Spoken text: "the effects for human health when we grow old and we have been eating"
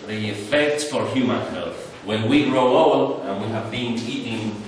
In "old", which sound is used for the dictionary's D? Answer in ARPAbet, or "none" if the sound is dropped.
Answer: none